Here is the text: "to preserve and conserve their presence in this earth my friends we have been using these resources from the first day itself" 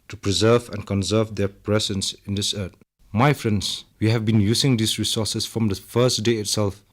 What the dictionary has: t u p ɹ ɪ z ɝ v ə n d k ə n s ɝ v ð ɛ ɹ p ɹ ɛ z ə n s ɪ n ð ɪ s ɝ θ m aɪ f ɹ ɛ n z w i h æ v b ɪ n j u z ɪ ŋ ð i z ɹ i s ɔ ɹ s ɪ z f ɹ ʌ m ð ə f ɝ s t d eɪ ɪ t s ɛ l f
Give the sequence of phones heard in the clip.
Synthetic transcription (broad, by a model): t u p ɹ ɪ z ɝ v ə n k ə n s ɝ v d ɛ p ɹ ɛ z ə n s ɪ n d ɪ s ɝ t m aɪ f ɹ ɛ n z w i h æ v b ɪ n j u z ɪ ŋ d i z ɹ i s ɔ s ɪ s f ɹ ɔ m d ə f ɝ s t d eɪ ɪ t s ɛ l f